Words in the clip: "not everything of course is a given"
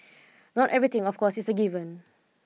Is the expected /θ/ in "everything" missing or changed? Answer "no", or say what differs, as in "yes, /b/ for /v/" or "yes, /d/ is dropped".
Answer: yes, /t/ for /θ/